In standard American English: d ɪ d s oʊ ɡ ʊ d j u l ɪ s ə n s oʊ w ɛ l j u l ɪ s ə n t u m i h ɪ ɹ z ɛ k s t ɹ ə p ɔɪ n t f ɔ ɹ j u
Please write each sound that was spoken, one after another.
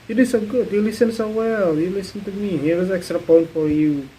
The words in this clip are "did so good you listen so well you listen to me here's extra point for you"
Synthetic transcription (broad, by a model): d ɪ s oʊ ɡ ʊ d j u l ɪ s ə n s oʊ w ɛ l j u l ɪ s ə n t u m i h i w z ɛ k s t ɹ ə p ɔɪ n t f ɔ ɹ j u